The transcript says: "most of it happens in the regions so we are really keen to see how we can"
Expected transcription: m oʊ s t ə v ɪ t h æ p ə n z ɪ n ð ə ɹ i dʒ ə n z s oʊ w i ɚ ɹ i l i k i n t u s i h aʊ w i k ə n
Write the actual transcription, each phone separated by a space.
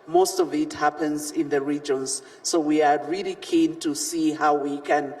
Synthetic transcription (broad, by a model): m oʊ s t ə v ɪ t h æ p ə n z ɪ n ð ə ɹ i dʒ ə n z s oʊ w i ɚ ɹ i l i k i n t u s i h aʊ w i k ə n